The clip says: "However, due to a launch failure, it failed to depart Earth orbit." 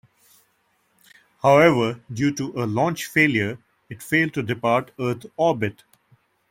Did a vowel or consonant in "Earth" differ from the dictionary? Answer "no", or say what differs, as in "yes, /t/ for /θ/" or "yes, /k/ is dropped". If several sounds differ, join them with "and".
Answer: yes, /t/ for /θ/